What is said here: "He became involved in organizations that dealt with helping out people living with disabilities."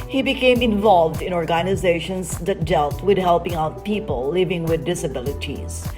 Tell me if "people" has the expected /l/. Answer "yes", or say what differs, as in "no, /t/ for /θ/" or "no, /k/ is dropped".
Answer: yes